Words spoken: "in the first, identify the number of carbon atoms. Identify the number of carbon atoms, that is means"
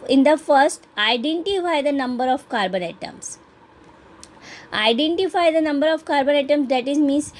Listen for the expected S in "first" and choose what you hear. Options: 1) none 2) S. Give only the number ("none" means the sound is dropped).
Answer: 2